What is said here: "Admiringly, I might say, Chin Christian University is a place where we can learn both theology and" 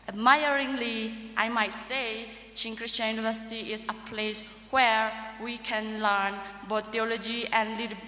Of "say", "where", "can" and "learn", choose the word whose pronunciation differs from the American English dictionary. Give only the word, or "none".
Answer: none